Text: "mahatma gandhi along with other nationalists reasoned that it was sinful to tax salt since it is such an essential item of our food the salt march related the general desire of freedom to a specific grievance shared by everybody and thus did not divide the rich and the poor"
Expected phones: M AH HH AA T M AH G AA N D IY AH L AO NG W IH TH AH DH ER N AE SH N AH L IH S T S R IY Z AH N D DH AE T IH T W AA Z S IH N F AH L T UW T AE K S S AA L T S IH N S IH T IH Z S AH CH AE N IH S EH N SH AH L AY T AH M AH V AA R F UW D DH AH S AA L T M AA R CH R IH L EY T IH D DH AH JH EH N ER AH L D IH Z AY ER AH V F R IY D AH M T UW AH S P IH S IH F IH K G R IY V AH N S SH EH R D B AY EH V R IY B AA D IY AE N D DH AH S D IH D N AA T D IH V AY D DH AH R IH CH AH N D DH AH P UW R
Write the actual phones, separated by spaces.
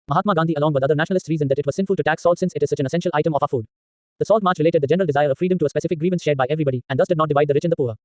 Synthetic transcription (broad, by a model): M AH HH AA T M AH G AA N D IY AH L AO NG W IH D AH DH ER N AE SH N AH L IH S T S R IY Z AH N D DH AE T IH T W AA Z S IH N F AH L T UW T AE K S S AA L T S IH N S IH T IH Z S AH CH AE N IH S EH N SH AH L AY T AH M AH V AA F UW D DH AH S AA L T M AA R CH R IH L EY T IH D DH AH JH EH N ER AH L D IH Z AY ER AH V F R IY D AH M T UW AH S P IH S IH F IH K G R IY V AH N S SH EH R D B AY EH V R IY B AA D IY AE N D DH AH S D IH D N AA T D IH V AY D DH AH R IH CH AH N D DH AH P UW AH